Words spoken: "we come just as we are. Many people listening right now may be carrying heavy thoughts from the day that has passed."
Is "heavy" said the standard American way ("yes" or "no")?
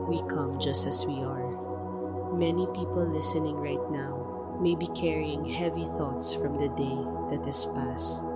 yes